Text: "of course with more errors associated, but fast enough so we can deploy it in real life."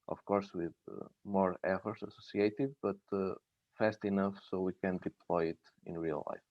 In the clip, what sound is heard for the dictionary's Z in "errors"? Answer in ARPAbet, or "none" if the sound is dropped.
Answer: S